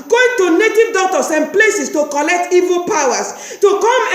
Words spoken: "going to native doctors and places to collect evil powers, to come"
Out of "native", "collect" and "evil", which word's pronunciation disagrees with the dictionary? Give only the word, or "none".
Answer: none